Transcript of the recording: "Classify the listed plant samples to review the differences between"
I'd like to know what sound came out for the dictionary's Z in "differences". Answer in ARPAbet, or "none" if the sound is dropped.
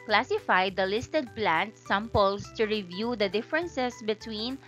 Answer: S